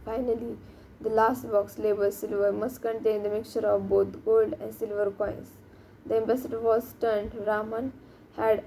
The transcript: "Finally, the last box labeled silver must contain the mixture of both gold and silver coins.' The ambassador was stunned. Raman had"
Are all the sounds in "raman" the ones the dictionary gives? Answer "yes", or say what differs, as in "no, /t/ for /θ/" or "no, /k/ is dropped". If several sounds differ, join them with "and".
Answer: yes